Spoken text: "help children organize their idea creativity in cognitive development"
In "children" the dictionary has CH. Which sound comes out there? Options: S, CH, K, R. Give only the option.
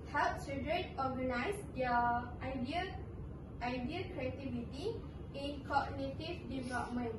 S